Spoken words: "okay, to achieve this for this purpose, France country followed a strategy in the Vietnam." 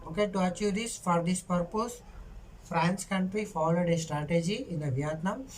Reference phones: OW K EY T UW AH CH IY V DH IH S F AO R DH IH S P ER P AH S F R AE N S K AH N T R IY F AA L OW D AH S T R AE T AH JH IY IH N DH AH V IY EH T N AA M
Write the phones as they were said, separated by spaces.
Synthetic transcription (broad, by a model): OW K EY T UW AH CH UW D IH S F AO R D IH S P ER P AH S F R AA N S K AH N T R IY F AA L OW D AH S T R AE T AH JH IY IH N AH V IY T N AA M